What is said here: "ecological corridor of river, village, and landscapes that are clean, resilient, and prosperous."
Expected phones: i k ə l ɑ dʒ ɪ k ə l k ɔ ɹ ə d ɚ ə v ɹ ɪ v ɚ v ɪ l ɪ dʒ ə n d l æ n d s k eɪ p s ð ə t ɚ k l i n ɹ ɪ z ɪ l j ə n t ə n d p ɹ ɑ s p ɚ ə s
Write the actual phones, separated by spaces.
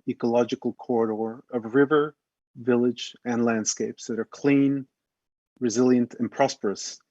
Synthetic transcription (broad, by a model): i k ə l ɑ dʒ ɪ k l k ɔ ɹ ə d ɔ ə v ɹ ɪ v ɚ v ɪ l ɪ dʒ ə n l æ n d s k eɪ p s ð ə t ɚ k l i n ɹ ɪ z ɪ l j ə n t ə n p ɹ ɑ s p ɚ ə s